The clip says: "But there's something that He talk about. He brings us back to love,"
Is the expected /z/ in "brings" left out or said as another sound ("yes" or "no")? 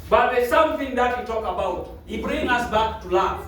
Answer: yes